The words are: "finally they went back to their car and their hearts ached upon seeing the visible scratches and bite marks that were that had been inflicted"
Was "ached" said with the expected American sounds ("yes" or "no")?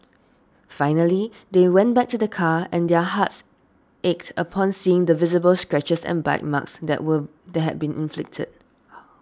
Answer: yes